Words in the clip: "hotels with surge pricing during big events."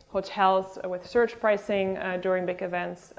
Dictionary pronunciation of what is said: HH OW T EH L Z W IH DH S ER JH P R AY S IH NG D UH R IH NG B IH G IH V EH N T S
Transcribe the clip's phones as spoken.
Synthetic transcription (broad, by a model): HH OW T EH L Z W IH DH S ER CH P R AY S IH NG D UH R IH NG B IH G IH V EH N T S